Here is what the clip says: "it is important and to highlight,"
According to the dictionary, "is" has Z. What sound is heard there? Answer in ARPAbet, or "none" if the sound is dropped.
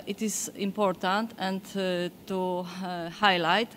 S